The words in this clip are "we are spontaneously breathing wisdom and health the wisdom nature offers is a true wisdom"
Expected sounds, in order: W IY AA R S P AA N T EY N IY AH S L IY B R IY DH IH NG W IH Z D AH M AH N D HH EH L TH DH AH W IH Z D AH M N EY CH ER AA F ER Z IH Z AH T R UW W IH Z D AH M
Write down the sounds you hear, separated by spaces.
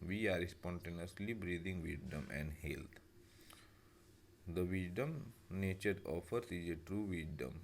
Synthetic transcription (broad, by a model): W IY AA R S P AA N T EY N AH S L IY B R IY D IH NG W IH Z D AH M AH N D HH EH L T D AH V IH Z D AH M N EY CH ER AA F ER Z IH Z AH T R UW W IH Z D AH M